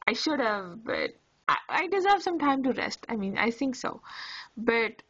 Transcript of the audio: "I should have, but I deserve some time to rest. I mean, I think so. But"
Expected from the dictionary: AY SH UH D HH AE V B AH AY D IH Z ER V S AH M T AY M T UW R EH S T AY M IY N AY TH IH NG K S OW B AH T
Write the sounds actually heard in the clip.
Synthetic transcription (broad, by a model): AY SH UH D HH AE V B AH AY D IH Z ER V S AH M T AY M T UW R EH S T AY M IY N AY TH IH NG K S OW B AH T